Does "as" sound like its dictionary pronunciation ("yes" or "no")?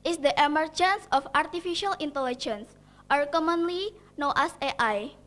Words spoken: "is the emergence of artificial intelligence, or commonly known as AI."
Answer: no